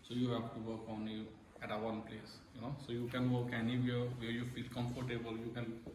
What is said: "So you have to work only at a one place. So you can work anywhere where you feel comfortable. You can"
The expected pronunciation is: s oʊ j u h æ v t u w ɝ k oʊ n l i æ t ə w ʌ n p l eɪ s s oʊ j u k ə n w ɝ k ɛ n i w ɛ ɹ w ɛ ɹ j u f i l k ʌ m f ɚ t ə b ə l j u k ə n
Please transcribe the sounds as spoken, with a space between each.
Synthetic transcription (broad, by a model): s oʊ j u h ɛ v t u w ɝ k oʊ n i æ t ə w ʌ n p l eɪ s s oʊ j u k ə n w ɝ k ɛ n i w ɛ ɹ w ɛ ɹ j u f i l k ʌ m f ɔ t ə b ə l j u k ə n